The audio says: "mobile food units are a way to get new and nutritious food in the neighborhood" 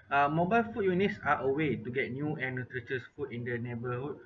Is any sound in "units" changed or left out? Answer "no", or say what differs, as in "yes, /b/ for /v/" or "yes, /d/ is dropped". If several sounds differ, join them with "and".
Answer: no